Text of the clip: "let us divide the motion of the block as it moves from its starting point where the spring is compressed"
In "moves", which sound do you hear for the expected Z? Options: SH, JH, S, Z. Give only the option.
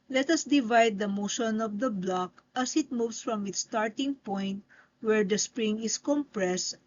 S